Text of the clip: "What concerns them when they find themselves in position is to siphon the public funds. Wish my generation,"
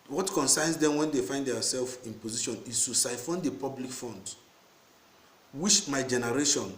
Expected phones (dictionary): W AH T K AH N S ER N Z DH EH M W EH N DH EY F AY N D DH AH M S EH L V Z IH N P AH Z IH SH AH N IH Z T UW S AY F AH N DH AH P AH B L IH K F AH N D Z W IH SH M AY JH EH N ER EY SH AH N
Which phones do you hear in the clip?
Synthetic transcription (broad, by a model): W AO T K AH N S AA N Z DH EH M W EH N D EY F AY N D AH S EH L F IH N P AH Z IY SH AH N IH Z T UW S AY F AH N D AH P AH B L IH K F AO N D W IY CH M AY JH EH N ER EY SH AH N